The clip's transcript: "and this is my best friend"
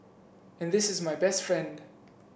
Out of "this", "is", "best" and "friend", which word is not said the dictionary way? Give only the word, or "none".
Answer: none